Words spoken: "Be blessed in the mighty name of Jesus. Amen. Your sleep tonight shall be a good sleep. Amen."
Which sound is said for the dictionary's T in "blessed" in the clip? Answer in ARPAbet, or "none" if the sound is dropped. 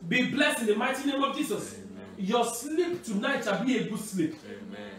none